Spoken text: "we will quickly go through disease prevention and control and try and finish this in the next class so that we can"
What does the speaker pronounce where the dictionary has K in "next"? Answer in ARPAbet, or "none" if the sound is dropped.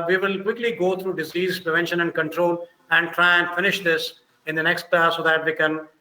K